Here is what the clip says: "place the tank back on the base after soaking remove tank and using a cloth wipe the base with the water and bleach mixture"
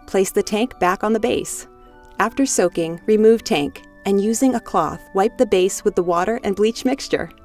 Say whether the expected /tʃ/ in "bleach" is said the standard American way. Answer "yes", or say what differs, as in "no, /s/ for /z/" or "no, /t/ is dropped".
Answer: yes